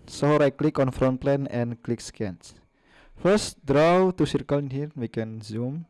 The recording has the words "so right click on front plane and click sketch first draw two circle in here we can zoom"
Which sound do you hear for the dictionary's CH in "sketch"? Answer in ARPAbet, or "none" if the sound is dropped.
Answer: S